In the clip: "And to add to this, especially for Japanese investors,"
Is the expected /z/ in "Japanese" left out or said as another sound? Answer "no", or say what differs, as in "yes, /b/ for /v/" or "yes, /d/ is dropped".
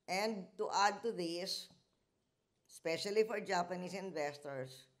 yes, /s/ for /z/